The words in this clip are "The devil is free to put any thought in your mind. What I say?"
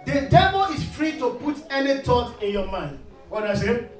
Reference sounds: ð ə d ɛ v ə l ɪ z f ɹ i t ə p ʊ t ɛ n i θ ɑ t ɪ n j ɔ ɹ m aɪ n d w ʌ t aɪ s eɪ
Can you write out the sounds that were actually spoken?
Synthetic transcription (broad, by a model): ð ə d ɛ v ə l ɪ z f ɹ i t ə p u t ɛ n i t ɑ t ɪ n j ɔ m aɪ n d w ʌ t aɪ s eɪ